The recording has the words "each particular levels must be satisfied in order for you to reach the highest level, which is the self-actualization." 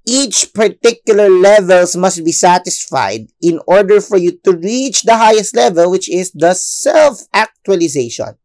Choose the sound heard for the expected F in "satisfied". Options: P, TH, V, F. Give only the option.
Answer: F